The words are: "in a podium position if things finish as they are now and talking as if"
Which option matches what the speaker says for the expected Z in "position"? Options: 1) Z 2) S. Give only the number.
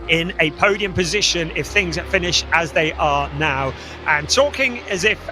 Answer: 1